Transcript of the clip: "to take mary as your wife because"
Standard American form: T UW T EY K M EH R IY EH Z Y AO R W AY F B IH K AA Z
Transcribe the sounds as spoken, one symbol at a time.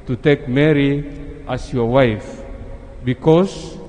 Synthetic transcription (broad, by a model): T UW T EY K M EH R IY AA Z Y AO R W AY F B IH K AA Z